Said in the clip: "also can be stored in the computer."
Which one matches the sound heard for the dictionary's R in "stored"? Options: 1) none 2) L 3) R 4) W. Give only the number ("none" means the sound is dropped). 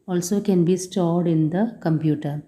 3